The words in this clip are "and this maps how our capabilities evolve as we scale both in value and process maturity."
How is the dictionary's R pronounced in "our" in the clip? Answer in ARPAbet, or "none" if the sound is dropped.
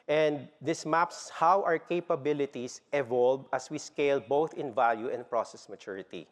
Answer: R